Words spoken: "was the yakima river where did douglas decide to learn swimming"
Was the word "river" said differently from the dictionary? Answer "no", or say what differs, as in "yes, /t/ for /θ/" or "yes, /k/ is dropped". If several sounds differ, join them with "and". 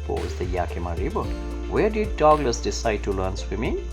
yes, /b/ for /v/